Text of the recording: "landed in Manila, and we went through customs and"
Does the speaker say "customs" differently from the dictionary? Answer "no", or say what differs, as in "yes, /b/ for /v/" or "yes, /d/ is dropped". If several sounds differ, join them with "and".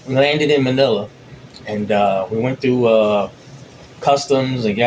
no